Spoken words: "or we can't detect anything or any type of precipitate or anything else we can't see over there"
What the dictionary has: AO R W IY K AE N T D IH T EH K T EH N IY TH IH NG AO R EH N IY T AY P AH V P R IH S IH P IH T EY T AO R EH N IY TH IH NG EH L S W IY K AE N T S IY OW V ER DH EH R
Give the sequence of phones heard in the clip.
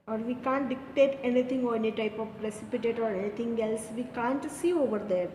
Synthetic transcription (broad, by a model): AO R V IY K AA N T D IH T EH T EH N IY T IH NG AO R EH N IY T AY P AH V P R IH S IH P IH T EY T AO R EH N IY T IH NG EH L S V IY K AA N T S IY OW V ER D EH R